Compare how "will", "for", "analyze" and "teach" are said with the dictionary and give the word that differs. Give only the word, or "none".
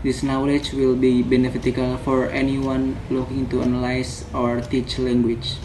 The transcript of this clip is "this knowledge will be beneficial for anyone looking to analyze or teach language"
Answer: analyze